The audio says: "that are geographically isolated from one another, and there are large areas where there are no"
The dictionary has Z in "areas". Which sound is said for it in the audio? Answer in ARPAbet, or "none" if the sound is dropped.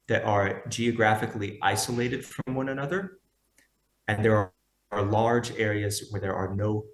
Z